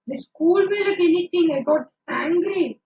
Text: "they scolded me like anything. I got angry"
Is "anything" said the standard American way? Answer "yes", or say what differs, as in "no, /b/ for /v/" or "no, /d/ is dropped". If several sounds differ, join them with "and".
no, /t/ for /θ/